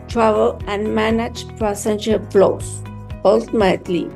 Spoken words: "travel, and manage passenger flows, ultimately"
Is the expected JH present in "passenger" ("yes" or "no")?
no